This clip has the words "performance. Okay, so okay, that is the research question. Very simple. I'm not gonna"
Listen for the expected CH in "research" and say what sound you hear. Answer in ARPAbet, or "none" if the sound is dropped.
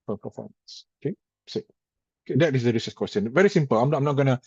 S